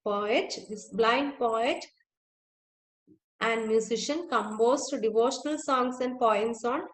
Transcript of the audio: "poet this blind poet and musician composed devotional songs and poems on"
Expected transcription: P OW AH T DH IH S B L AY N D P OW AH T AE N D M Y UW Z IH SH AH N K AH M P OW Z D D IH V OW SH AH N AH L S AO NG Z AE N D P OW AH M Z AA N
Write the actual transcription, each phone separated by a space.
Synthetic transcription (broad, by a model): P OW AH T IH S B L AY N D P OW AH T AE N D M Y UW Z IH SH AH N K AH M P OW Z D D IH V OW SH AH N AH L S AO NG S AE N D P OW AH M S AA N